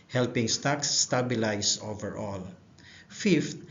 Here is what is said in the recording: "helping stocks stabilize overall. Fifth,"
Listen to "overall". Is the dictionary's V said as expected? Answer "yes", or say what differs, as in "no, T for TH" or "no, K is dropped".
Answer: yes